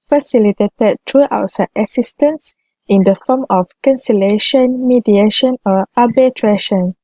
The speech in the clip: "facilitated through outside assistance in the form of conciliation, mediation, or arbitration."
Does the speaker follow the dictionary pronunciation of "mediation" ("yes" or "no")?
yes